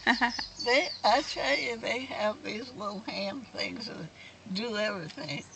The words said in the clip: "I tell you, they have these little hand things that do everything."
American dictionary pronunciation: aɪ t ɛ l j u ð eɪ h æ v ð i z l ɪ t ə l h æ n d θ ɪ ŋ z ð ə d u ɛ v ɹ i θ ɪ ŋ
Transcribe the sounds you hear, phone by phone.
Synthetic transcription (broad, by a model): aɪ t ɛ l j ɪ ð eɪ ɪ v ð i z l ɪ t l h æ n θ ɪ ŋ z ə d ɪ ɛ v ɹ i θ ɪ ŋ